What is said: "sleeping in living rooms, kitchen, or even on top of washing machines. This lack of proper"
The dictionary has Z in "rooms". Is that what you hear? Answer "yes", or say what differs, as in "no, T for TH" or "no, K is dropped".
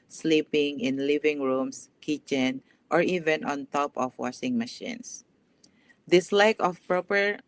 no, S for Z